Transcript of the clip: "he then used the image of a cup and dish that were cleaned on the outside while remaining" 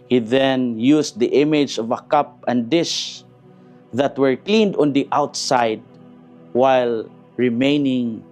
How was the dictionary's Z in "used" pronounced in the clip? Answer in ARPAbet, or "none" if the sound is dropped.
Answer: S